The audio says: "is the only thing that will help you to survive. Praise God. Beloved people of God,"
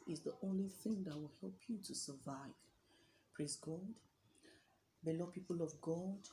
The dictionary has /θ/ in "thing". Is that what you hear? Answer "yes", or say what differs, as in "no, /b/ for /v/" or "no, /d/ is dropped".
yes